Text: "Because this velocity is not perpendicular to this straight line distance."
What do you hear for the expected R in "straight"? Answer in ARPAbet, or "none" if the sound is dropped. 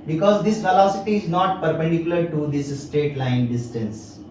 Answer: none